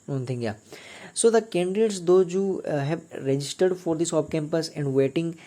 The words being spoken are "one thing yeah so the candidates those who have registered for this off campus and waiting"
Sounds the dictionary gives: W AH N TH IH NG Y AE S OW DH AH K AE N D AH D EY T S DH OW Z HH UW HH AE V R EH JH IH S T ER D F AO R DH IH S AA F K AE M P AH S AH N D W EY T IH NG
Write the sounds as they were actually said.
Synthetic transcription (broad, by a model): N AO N T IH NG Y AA S OW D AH K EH N D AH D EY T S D OW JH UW HH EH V R EH JH IH S T ER D F AO R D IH S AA P K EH M P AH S AH N D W EY T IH NG